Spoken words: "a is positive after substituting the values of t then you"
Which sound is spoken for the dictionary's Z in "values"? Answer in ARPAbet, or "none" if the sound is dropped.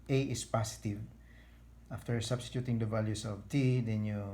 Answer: S